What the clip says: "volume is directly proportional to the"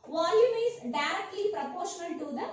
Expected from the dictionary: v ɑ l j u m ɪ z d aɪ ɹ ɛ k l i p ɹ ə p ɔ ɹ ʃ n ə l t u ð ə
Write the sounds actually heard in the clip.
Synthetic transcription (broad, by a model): v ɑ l j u m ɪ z d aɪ ɹ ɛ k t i p ɹ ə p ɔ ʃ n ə n t u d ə